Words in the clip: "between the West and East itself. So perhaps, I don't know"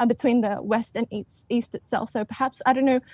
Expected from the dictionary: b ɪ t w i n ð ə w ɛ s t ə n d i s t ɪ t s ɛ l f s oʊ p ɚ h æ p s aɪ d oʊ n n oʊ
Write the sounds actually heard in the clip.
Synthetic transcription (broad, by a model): b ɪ t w i n ð ə w ɛ s t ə n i i s t ɪ t s ɛ l f s oʊ p ɚ h æ p s aɪ d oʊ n n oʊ